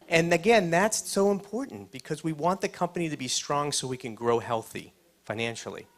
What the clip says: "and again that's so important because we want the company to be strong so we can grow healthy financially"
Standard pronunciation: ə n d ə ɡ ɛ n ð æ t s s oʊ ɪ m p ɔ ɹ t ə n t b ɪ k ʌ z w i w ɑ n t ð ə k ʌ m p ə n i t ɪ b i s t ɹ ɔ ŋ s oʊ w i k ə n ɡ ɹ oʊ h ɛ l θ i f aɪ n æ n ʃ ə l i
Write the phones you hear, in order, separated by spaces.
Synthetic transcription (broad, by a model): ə n ə ɡ ɛ n ð æ t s s oʊ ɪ m p ɔ ɹ t n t b ɪ k ʌ z w i w ɑ n ð ə k ʌ m p ə n i t ɪ b i s t ɹ ɔ ŋ s oʊ w i k ə n ɡ ɹ oʊ h ɛ l θ i f aɪ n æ n ʃ l i